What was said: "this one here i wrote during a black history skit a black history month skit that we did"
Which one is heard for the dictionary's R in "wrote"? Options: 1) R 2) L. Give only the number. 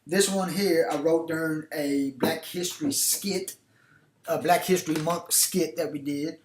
1